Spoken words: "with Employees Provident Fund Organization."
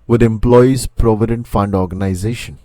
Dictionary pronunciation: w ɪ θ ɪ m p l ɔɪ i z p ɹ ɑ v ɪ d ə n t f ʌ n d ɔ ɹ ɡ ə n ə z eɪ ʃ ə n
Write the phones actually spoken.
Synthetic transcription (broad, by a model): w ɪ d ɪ m p l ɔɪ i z p ɹ ɑ v ɪ d ə n t f ʌ n d ɔ ɹ ɡ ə n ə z eɪ ʃ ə n